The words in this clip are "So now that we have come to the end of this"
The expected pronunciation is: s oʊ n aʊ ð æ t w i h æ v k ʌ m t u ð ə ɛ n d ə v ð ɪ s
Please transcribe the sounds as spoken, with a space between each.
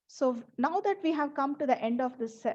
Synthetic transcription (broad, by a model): s oʊ n aʊ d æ t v i h æ v k ʌ m t u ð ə ɛ n d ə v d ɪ s